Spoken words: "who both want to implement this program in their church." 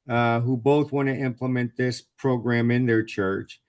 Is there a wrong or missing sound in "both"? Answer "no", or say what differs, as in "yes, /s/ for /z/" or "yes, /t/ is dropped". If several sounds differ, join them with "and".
no